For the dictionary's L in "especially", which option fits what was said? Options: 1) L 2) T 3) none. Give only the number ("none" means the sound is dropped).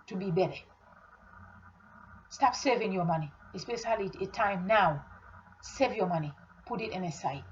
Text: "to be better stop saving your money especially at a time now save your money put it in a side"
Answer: 3